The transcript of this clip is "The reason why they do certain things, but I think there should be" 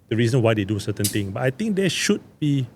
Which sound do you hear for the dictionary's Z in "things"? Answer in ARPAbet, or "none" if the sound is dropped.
none